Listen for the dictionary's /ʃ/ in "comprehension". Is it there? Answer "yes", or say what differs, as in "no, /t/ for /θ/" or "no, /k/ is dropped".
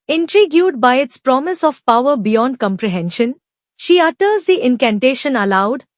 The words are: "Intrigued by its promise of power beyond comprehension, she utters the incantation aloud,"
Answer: yes